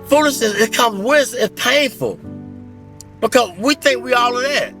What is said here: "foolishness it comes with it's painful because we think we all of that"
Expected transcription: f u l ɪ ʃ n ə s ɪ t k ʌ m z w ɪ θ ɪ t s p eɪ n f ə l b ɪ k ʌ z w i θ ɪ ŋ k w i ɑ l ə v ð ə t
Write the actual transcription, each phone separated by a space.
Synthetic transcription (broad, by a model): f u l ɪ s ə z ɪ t k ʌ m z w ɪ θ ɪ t p eɪ n f ə l b ɪ k ʌ z w i θ ɪ ŋ k w i ɑ l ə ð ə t